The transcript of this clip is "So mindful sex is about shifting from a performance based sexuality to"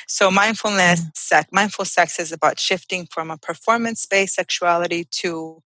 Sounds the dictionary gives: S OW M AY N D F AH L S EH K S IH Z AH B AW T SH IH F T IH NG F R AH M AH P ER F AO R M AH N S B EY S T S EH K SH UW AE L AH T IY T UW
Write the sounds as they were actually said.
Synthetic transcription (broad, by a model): S OW M AY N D F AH L S EH K S IH Z AH B AW T SH IH F T IH NG F R AH M AH P ER F AO R M AH N S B EY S S EH K SH UW AE L AH T IY T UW